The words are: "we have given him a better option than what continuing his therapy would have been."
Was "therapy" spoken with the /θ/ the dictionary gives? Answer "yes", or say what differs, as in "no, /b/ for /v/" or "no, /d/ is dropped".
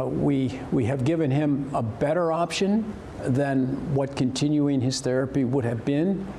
yes